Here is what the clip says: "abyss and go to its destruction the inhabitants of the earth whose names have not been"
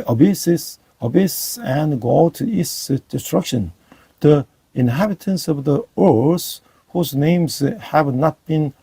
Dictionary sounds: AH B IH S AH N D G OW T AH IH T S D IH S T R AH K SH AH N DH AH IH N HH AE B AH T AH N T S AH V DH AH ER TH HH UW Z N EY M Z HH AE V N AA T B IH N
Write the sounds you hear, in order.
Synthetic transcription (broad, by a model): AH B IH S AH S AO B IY S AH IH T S D IH S T R AH K SH AH N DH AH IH N HH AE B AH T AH N S AH V DH AH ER S HH UW Z N EY M Z HH AE V N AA T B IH N